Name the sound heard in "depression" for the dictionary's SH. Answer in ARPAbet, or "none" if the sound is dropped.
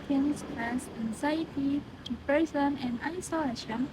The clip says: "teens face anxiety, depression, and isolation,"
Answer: S